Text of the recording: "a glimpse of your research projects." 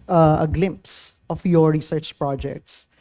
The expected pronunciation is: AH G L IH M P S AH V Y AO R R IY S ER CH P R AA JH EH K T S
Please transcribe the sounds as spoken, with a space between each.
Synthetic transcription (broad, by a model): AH G L IH M P S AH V Y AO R R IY S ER CH P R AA JH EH K T S